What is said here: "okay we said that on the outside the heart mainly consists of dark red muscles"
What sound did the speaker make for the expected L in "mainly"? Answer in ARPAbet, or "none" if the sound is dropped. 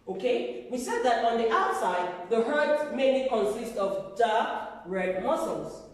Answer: none